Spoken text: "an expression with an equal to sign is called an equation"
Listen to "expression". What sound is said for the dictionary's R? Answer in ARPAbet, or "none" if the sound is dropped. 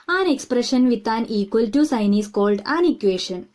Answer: R